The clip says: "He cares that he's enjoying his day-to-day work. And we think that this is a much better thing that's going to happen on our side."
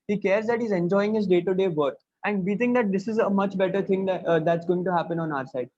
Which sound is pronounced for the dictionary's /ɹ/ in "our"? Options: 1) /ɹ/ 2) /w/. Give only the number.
1